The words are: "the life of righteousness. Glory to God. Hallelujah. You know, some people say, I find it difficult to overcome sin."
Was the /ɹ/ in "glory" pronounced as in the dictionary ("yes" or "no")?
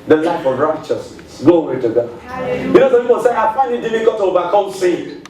no